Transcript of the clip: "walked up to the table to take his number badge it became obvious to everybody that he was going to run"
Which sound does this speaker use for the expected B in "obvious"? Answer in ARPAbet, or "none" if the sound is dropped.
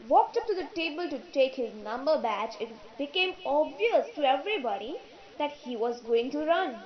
B